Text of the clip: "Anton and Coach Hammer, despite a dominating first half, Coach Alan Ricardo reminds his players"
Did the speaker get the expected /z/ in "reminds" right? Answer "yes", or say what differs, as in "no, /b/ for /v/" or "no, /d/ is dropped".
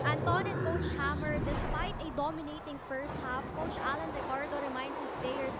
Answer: no, /s/ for /z/